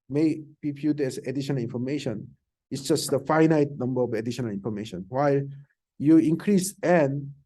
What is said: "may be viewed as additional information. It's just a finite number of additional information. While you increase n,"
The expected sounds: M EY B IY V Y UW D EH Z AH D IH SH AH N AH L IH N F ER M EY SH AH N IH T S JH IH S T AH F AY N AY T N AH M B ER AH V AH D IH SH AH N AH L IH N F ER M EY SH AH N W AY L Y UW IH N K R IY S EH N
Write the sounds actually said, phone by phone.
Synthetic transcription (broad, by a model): M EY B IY P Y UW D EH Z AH D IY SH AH N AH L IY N F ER M EY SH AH N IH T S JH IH S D AH F AY N AY T N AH M B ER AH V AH D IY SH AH N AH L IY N F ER M EY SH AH N W AY L Y UW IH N K R IY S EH N